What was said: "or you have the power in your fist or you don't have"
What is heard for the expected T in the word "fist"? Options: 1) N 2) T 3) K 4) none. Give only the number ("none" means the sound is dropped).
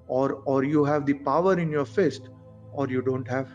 2